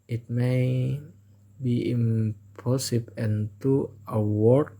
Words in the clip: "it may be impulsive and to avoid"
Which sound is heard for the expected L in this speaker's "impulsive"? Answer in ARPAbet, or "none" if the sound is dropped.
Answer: none